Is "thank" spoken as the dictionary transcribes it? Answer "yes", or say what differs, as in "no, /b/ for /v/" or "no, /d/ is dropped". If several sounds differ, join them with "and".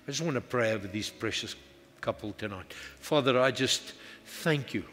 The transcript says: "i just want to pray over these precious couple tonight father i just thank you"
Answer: yes